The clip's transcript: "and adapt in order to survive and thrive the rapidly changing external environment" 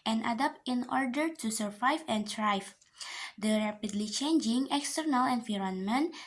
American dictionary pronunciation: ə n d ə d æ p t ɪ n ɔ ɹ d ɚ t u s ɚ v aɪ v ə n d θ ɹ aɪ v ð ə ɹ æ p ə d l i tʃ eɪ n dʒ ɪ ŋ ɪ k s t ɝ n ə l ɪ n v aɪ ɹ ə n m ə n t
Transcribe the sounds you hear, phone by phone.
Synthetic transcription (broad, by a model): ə n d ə d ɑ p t ɪ n ɔ ɹ d ɚ t u s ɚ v aɪ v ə n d ɹ aɪ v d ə ɹ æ p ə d l i tʃ eɪ n dʒ ɪ ŋ ɪ k s t ɝ n ə l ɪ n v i ɹ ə n m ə n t